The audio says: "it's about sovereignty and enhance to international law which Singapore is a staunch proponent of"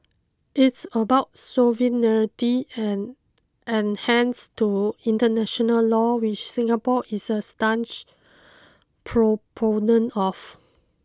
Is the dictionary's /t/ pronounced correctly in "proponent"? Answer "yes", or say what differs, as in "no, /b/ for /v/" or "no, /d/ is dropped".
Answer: no, /t/ is dropped